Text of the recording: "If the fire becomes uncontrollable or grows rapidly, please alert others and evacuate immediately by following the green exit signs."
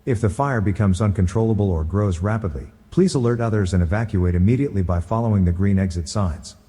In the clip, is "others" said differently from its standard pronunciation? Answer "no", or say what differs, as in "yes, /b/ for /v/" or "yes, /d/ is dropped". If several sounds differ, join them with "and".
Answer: no